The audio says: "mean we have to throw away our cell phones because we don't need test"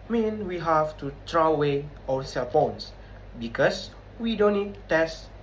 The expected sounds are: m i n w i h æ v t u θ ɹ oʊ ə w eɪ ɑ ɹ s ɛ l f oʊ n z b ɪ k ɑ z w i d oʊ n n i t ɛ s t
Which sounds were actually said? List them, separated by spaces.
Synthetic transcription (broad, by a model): m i n w i h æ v t u t ɹ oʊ ə w eɪ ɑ s ɛ l p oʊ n s b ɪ k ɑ s w i d oʊ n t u t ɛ s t